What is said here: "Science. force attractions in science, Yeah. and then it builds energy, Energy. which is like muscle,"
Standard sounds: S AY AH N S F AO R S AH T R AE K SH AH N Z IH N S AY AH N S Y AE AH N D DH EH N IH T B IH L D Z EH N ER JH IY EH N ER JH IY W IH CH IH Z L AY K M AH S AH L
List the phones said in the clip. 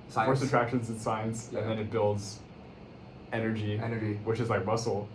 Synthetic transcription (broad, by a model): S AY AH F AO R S AH T R AE K SH AH N Z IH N S AY AH N S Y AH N DH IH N IH T B IH L D Z EH N ER JH IY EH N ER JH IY W IH CH IH Z L AY K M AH S L